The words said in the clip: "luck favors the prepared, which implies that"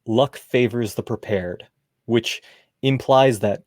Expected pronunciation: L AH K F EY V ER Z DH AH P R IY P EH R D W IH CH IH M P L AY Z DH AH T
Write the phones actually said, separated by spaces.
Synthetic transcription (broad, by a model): L AH K F EY V ER Z DH AH P R IY P EH R D W IH CH IH M P L AY Z DH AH T